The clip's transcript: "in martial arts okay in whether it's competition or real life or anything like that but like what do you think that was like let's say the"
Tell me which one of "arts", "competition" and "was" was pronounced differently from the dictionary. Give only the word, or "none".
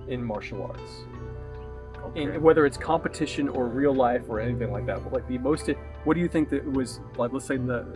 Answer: none